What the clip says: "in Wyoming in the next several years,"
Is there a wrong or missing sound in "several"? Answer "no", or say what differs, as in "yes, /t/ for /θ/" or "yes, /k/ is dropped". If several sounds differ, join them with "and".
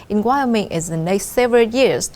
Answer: no